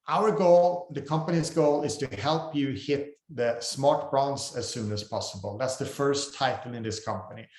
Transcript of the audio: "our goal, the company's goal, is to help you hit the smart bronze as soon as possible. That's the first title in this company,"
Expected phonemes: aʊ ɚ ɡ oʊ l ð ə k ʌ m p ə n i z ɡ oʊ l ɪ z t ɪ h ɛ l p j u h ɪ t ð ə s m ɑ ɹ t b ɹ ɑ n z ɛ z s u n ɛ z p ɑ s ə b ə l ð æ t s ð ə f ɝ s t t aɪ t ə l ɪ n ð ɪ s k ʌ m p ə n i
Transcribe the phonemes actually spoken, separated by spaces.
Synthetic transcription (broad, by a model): aʊ ɚ ɡ oʊ l ð ə k ʌ m p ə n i z ɡ oʊ l ɪ z t ɪ h ɛ l p j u h ɪ t ð ə s m ɑ ɹ t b ɹ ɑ n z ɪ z s u n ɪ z p ɑ s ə b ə l ð æ t s ð ə f ɝ s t t aɪ t l ɪ n ð ɪ s k ʌ m p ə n i